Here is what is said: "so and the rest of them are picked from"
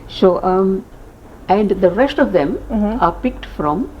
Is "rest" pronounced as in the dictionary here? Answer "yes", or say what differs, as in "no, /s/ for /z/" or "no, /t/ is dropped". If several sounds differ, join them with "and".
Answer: yes